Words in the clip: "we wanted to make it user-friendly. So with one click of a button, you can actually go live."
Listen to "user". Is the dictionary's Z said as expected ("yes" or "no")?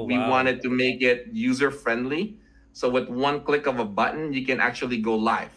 yes